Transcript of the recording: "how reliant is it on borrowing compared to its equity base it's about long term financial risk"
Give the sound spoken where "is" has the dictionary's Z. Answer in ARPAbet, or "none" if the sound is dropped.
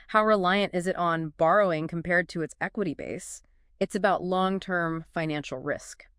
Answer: Z